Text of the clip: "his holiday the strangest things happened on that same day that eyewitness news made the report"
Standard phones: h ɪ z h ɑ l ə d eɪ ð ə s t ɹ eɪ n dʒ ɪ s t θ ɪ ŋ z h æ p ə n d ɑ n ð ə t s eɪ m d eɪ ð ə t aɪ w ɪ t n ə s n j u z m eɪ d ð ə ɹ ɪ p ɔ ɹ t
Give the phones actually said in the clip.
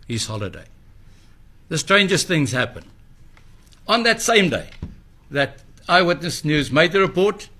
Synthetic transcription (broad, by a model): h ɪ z h ɑ l ə d eɪ ð ə s t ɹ eɪ n dʒ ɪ s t θ ɪ ŋ z h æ p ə n ɑ n ð ə t s eɪ m d eɪ ð ə t aɪ w ɪ t n ə s n j u z m eɪ d ð ə ɹ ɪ p ɔ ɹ t